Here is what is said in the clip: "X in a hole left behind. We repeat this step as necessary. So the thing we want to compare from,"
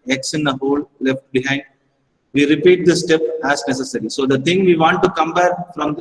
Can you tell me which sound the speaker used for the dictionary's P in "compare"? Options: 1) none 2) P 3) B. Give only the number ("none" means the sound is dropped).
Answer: 3